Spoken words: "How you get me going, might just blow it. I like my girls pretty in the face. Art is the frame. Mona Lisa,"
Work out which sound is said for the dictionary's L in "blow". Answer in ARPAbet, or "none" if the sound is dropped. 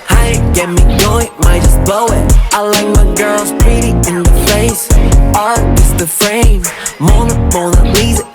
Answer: none